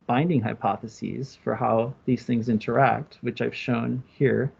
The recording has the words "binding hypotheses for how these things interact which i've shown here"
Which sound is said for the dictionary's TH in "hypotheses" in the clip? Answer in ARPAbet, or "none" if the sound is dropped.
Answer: TH